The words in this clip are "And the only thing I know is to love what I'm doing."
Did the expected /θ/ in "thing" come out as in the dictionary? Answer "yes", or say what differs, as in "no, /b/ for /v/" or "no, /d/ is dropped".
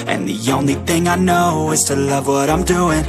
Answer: yes